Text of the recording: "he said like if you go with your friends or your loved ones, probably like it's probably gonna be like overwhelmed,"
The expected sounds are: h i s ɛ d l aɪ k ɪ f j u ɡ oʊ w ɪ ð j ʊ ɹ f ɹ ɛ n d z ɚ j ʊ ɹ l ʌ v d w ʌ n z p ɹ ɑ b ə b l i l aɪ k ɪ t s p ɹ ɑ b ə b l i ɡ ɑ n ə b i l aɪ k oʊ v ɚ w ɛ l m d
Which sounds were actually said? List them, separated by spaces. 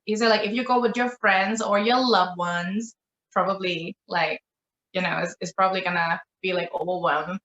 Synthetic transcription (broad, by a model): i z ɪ l aɪ k ɪ f j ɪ ɡ oʊ w ɪ ð j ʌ ɹ f ɹ ɛ n d z ɚ j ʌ l ʌ v w ʌ n z p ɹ ɑ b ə b l i l aɪ k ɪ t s p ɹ ɑ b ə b l i ɡ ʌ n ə b i l aɪ k oʊ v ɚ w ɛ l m